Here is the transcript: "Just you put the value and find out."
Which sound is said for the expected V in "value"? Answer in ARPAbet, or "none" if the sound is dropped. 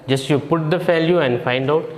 F